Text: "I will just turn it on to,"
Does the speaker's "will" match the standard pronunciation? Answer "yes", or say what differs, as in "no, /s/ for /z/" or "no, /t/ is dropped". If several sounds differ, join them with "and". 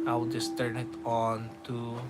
no, /w/ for /l/